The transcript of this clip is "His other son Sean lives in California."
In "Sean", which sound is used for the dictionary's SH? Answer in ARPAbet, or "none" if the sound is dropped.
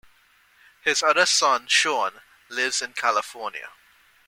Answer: SH